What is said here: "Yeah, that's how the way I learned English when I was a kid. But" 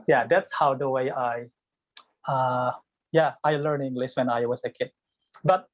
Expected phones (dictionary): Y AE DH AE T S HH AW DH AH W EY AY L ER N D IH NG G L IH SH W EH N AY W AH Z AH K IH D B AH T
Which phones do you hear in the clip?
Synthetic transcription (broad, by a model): Y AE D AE T S HH AW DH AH W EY AY L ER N IH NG G L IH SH W EH N AY W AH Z AH K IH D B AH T